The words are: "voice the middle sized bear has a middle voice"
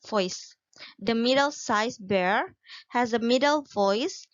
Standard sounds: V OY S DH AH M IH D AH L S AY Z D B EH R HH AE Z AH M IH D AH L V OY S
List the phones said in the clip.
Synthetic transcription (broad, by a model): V OY S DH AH M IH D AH L S AY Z B EH R HH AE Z AH M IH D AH L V OY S